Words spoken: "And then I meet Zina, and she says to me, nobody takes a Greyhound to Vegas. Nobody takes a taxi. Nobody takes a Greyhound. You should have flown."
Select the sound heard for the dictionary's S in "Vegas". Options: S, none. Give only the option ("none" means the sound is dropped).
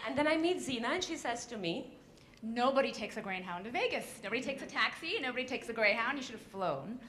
S